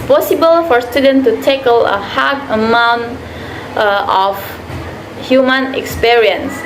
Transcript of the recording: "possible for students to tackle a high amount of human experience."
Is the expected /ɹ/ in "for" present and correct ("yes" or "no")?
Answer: yes